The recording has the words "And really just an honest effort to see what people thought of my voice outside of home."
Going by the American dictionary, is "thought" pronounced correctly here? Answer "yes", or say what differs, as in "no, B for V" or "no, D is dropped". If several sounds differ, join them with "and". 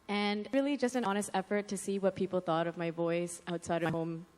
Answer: yes